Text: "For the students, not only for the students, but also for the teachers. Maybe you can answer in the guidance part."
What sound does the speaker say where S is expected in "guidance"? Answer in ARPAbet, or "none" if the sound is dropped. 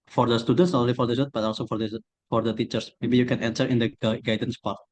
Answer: S